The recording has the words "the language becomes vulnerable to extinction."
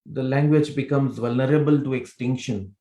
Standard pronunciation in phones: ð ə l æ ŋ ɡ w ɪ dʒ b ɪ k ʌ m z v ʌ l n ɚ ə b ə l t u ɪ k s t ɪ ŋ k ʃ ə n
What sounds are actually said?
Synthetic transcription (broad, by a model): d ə l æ ŋ ɡ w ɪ dʒ b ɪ k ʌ m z v ʌ l n ɚ ə b ə l t u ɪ k s t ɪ ŋ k ʃ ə n